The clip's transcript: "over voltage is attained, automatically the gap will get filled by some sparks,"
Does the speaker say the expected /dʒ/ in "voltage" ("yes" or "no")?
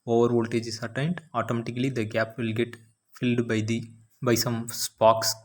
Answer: yes